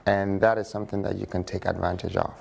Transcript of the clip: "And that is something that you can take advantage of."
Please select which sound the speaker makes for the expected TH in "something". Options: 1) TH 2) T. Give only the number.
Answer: 1